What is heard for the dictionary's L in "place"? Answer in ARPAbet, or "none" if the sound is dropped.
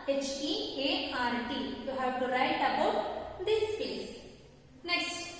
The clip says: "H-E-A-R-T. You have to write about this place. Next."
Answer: none